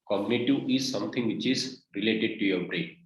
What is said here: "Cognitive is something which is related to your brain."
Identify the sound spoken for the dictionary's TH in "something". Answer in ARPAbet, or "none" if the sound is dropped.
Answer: T